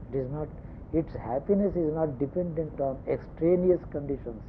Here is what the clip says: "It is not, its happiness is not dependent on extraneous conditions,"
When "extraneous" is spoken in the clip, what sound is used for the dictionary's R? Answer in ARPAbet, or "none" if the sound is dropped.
R